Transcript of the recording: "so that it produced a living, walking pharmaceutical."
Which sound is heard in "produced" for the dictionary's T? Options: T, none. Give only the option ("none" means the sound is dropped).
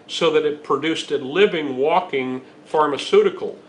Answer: T